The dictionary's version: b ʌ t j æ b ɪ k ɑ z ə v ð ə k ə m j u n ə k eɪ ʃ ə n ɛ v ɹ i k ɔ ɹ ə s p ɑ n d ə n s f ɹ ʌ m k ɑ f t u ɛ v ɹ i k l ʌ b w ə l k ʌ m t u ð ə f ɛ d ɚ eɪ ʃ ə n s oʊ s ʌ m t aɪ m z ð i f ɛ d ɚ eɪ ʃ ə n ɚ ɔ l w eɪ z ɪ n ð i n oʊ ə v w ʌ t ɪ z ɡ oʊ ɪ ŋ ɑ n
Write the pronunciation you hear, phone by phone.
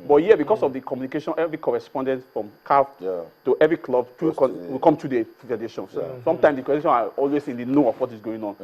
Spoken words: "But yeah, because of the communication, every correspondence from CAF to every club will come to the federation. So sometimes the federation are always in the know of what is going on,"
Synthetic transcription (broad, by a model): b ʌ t j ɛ b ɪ k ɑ s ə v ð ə k ə m j u n ə k eɪ ʃ ə n ɛ v ɹ i k ɔ ɹ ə s p ɑ n d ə n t f ɹ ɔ m k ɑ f t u ɛ v ɹ i k l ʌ b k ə w k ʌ m t u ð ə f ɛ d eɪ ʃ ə n s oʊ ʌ m t aɪ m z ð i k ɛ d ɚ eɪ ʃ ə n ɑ ɔ l w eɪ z ɪ n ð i n oʊ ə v w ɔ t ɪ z ɡ oʊ ɪ ŋ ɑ n